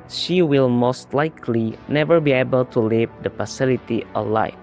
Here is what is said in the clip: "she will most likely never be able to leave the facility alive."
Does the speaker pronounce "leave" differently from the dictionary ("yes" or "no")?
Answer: no